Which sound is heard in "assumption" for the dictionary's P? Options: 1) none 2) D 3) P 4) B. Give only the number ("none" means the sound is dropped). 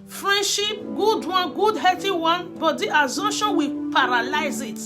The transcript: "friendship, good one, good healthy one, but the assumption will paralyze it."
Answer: 1